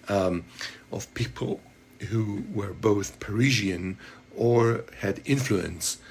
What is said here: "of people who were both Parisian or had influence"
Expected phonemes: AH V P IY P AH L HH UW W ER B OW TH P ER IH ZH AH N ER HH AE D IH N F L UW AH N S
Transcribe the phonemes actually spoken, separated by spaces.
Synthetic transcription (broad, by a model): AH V P IY P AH L HH UW W ER B OW TH P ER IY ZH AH N ER HH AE D IH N F L UW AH N S